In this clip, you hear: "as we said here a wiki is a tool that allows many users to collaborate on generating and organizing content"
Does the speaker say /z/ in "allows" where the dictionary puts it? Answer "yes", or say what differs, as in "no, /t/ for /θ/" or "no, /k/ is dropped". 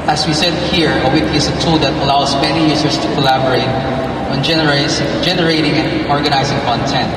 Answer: no, /s/ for /z/